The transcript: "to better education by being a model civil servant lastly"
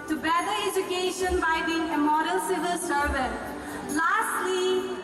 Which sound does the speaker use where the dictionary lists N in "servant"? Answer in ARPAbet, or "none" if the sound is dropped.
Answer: none